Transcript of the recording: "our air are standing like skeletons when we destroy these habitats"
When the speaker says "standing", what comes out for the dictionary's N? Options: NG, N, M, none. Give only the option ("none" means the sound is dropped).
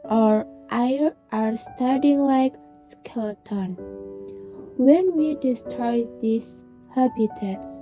none